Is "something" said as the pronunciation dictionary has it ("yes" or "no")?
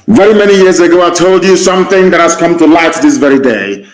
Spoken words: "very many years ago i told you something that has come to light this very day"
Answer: yes